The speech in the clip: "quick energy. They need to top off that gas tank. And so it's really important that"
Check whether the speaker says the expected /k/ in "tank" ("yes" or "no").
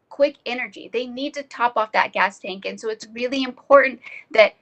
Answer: yes